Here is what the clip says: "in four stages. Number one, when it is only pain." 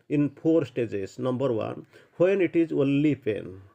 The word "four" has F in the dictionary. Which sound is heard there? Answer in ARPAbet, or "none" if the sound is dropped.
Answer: P